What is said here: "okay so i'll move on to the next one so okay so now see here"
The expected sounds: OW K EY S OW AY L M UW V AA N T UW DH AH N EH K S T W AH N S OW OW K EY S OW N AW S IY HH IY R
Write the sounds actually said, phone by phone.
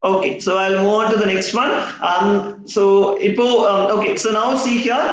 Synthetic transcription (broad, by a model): OW K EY S OW AY L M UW AA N T UW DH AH N EH K S T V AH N S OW OW K EY S OW N AW S IY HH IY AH